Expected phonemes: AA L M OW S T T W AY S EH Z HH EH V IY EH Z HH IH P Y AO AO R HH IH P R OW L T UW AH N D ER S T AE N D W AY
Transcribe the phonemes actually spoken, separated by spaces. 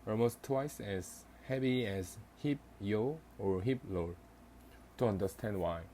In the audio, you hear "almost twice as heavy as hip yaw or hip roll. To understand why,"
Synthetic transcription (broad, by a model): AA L M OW S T T W AY S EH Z HH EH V IY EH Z HH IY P Y AO AO R HH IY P L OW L T UW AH N D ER S T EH N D W AY